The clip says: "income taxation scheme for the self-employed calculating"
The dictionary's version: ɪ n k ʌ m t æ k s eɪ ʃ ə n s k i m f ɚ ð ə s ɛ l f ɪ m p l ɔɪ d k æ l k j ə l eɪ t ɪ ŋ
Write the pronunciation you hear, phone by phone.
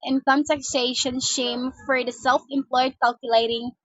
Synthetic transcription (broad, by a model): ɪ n k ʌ m t æ k s eɪ ʃ ə n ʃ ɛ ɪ m f ɚ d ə s ɛ l f ɪ m p l ɔɪ d k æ l k j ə l eɪ t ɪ ŋ